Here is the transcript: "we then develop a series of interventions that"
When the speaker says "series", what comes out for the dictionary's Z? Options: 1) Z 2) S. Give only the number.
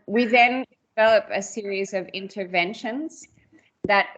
1